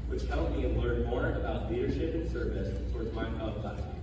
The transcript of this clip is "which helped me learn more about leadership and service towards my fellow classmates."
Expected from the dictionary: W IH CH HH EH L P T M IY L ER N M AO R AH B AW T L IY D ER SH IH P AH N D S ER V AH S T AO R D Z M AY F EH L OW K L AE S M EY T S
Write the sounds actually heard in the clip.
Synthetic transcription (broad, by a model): W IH CH HH EH L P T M IY L ER N M AO R AH B AW T L IY D ER SH IH P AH N S ER V AH S T AO R D Z M AY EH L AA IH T